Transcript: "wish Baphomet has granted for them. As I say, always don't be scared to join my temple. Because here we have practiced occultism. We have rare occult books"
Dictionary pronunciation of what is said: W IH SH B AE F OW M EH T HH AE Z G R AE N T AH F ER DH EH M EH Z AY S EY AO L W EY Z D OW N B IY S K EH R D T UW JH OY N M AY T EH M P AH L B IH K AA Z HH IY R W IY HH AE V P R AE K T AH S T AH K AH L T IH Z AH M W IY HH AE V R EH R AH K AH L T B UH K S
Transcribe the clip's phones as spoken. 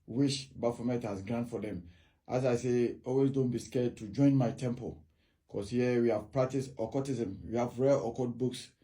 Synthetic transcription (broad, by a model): W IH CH B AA F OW M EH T HH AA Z G R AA N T F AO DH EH M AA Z AY S EY AO L W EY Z D OW N B IY S K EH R D T UW JH OY N M AY T EH M P AH L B K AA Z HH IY W IY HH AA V P R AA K T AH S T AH K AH T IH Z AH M W IY HH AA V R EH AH K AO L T B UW K S